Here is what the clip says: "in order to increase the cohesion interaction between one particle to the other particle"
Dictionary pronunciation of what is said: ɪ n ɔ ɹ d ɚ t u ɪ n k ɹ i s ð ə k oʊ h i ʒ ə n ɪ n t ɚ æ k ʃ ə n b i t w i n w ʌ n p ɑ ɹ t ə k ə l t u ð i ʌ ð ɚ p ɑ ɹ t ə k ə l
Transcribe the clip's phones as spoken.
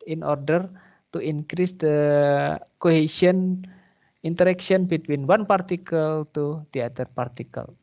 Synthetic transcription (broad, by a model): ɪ n ɔ ɹ d ɚ t u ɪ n k ɹ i s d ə k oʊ h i s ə n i n t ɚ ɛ k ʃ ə n b i t w i n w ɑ n p ɑ ɹ t ə k ə l t u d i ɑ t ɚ p ɑ ɹ t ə k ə l